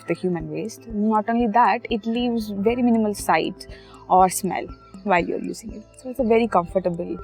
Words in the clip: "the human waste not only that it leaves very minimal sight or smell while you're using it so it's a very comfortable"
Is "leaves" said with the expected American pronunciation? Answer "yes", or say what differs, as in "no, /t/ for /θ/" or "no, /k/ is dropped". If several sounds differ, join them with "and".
yes